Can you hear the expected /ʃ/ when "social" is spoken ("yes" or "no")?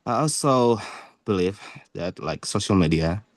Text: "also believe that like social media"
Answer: yes